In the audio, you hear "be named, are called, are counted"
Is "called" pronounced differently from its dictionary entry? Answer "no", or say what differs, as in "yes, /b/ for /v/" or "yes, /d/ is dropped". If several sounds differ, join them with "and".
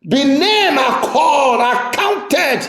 yes, /l/ is dropped